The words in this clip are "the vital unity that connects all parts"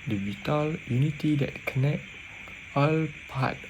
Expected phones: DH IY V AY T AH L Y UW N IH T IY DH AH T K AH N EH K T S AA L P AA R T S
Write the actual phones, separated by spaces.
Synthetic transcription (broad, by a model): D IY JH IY T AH L Y UW N IH T IY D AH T K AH N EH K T AA L P AA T